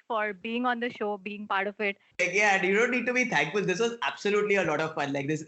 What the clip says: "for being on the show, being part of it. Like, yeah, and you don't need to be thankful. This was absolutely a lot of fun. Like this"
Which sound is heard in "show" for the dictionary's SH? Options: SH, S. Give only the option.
SH